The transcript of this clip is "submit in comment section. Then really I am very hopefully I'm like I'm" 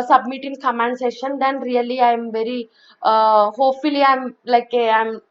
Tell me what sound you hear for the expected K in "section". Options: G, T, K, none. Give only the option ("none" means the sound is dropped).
none